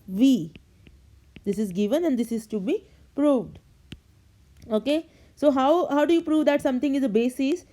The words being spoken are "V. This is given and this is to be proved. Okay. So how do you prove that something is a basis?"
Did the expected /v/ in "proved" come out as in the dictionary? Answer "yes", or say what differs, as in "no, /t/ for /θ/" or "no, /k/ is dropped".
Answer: yes